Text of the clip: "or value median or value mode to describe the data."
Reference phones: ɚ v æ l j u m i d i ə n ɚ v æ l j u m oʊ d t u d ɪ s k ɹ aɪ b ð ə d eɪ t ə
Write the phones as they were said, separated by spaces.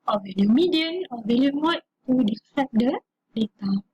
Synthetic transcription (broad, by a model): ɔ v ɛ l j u m i d i ə n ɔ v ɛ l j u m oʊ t t u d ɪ k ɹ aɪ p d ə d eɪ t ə